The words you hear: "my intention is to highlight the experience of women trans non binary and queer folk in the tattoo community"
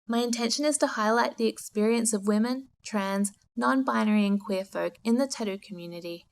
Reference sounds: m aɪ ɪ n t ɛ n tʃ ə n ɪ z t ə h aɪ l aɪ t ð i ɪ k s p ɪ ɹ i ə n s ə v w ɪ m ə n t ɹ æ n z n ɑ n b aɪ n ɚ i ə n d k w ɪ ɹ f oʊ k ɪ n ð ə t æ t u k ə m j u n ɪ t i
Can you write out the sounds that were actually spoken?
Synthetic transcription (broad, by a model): m aɪ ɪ n t ɛ n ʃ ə n ɪ z t ə h aɪ l aɪ t ð i ɪ k s p ɪ ɹ i ə n s ə v w ɪ m ə n t ɹ æ n z n ɑ n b aɪ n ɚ i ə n k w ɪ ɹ f oʊ k ɪ n ð ə t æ t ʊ k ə m j u n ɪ t i